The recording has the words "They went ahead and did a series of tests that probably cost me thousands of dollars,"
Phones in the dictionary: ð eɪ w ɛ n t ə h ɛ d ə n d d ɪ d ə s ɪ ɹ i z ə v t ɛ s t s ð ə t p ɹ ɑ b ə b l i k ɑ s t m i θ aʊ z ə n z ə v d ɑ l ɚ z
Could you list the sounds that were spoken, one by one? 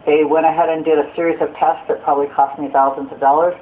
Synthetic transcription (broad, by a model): ð eɪ w ɛ t ə h ɛ d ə n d d ɪ d ə s ɪ ɹ i z ə v t ɛ s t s ð ə t p ɹ ɑ b ə b l i k ɑ s t m i θ aʊ z ə n z ə v d ɑ l ɚ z